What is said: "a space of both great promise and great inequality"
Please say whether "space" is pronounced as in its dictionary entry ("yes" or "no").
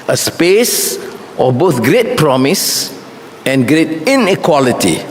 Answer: yes